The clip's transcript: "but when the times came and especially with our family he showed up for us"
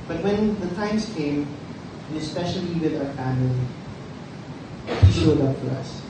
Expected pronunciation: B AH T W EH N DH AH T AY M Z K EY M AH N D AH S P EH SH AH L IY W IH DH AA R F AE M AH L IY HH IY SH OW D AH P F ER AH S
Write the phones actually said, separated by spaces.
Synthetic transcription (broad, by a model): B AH T W EH N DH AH T AY M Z K EY AH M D AH S P EH SH AH L IY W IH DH AA R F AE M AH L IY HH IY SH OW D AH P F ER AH S